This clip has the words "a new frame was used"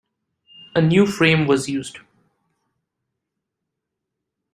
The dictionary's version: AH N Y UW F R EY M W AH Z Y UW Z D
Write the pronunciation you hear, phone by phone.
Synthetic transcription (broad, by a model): AH N Y UW F R EY M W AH Z Y UW Z D